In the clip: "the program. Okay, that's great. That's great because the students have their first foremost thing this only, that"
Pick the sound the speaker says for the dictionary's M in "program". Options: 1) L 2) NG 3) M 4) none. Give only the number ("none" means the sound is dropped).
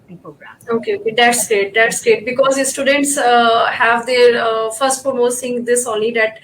4